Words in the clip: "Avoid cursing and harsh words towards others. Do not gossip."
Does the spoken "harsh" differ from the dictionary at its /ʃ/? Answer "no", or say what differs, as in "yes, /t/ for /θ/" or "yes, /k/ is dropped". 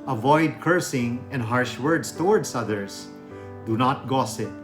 no